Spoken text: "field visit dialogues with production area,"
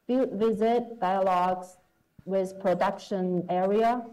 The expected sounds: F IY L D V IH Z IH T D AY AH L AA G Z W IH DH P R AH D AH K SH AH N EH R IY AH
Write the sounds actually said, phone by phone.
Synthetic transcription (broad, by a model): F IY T V IH Z IH T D AY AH L AA G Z W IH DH P R AH D AH K SH AH N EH R IY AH